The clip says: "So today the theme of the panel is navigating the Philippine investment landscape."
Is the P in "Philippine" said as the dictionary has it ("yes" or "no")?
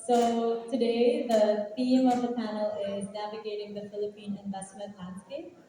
yes